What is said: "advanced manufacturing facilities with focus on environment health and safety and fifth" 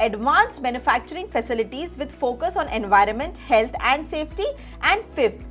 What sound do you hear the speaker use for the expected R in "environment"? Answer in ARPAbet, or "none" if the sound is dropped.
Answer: R